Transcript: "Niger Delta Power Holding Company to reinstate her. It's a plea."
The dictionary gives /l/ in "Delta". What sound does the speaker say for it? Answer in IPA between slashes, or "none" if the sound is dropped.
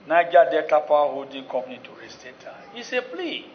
none